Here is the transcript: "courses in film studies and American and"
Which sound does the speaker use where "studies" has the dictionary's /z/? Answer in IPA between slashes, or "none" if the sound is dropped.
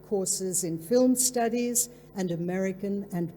/z/